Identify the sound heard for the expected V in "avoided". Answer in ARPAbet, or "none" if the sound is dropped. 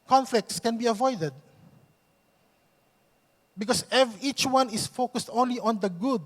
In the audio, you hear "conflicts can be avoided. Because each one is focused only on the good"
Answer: V